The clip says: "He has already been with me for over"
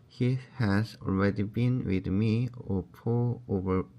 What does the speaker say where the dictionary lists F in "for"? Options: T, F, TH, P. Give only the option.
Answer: P